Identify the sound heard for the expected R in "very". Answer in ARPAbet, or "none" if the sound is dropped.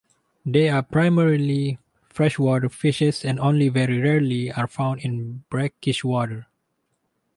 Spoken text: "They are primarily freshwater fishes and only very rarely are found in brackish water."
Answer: R